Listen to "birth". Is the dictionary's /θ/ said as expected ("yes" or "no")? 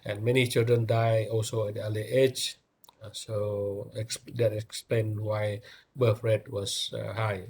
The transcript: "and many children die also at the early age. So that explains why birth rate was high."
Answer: no